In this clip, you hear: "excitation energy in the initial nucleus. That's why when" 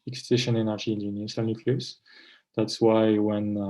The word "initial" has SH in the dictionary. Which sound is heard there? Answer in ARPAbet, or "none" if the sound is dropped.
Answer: S